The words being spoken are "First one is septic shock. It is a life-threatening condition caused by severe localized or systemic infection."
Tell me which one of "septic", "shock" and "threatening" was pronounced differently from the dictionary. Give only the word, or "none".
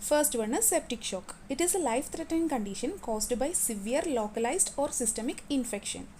threatening